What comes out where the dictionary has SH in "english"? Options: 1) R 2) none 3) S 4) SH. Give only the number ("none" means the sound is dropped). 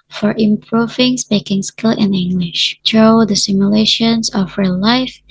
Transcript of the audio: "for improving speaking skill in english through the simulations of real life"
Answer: 4